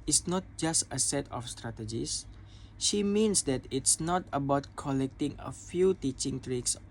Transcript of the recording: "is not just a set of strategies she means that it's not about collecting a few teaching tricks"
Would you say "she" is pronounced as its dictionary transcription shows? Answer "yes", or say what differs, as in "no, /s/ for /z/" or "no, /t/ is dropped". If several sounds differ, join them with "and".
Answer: yes